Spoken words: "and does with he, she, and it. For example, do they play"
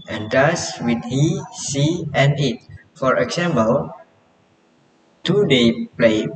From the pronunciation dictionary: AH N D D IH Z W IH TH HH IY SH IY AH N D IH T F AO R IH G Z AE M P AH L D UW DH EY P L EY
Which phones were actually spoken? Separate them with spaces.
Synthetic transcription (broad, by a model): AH N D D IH S W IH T HH IY S IY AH N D IH T F AO R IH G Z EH M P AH L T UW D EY P L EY